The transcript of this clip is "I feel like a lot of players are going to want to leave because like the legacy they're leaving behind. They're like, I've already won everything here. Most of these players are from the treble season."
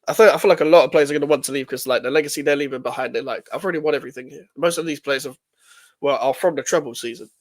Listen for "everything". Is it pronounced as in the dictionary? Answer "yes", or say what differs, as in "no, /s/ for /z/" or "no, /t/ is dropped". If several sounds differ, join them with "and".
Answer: yes